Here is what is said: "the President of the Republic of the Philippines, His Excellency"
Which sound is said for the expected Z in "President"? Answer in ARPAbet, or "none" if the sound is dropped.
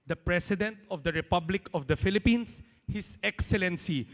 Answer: S